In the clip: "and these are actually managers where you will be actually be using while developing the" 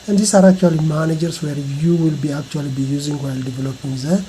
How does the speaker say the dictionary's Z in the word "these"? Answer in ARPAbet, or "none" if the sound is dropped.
S